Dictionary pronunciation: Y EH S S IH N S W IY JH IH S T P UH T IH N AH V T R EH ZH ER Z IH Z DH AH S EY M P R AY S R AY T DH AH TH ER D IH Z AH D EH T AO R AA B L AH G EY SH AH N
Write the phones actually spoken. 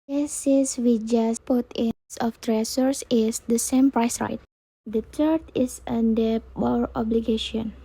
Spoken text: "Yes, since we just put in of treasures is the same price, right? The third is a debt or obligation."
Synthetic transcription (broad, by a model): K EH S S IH S W IY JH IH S P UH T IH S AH F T R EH S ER S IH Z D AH S EY M P R AY S R AY T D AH T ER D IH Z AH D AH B AO R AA B L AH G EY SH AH N